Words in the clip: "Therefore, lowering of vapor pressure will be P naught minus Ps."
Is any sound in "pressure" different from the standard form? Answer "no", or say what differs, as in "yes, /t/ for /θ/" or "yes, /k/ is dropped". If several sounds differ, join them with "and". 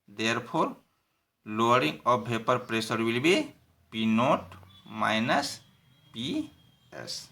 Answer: yes, /s/ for /ʃ/